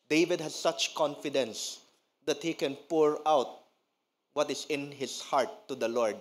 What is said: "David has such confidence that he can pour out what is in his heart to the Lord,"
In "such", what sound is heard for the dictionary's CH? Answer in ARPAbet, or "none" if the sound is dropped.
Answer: CH